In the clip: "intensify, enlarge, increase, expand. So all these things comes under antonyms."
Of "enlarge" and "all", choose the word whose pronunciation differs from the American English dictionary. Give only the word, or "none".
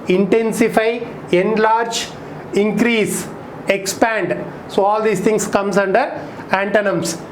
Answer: none